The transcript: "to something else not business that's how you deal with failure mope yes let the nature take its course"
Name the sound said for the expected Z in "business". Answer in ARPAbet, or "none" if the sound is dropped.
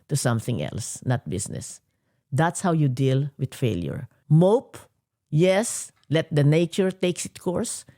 S